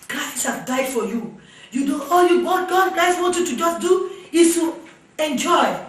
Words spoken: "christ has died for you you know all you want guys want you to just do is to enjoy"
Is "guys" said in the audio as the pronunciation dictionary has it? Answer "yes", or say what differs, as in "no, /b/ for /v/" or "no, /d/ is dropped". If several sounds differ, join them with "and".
no, /s/ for /z/